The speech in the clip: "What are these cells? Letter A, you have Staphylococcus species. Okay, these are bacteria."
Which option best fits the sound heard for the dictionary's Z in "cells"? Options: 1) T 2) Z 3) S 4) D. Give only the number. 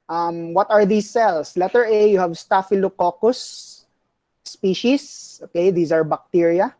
3